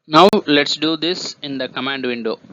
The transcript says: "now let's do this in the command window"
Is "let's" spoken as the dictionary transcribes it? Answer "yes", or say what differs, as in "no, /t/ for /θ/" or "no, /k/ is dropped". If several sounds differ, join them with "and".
yes